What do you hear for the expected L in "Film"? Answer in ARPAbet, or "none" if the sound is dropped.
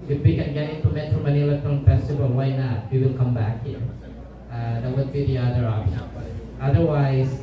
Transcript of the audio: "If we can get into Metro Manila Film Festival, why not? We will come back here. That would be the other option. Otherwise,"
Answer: none